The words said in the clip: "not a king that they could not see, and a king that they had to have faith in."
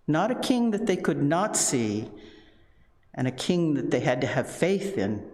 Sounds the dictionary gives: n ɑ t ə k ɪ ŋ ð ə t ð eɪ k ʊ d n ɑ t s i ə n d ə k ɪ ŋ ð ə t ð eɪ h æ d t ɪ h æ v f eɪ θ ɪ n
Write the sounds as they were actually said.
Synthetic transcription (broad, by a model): n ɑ t ə k ɪ ŋ ð ə t ð eɪ k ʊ d n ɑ t s i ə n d ə k ɪ ŋ ð ə t ð eɪ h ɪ d t ɪ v f eɪ θ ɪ n